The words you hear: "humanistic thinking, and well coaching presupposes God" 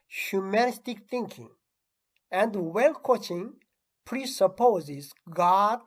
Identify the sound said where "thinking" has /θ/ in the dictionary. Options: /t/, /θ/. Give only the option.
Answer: /t/